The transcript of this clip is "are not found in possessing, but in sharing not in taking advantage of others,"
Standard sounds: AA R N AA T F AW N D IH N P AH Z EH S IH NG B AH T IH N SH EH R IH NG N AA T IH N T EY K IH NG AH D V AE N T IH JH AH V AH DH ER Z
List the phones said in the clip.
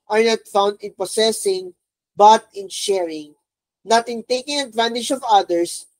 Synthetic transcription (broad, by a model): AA R N AA T F AW N D IH N P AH S EH S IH NG B AH T IH N SH EH R IH NG N AA T IH N T EY K IH NG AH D V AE N T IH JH AH V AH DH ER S